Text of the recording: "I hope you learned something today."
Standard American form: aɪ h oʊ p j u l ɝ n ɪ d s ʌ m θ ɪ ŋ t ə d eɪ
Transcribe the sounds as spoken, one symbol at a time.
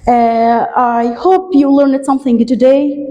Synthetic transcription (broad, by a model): aɪ h oʊ p j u l ɝ n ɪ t s ʌ m θ ɪ ŋ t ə d eɪ